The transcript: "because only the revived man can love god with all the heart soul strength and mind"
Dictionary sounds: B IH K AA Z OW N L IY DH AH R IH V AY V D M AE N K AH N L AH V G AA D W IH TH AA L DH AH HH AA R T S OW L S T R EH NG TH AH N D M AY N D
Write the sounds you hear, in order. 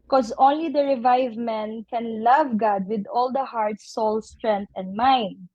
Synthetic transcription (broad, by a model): K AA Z OW N L IY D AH R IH V AY V M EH N K AH N L AH V G AA D W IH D AA L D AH HH AA R T S OW L S T R EH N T AH N D M AY N D